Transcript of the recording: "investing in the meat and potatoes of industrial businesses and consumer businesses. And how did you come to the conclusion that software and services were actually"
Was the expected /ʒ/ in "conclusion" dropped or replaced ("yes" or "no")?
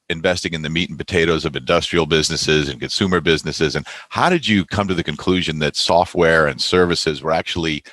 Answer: no